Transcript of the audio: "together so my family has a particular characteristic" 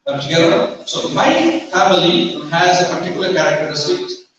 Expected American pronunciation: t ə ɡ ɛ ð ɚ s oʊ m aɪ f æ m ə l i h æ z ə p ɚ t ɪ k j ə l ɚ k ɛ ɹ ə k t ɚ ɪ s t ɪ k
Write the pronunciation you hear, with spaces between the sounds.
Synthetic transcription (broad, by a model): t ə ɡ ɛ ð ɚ s oʊ m aɪ f æ m ə l i h æ z ə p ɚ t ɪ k j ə l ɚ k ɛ ɹ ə k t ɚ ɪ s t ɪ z